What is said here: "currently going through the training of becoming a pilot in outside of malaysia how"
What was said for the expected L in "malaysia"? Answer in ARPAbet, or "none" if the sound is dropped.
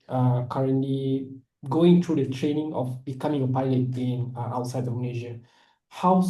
N